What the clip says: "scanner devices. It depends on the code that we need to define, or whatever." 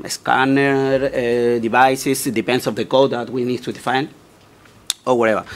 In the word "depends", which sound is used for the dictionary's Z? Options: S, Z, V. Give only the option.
S